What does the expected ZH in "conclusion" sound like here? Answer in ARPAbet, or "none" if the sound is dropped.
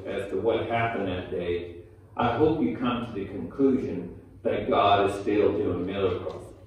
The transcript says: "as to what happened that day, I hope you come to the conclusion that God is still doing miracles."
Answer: ZH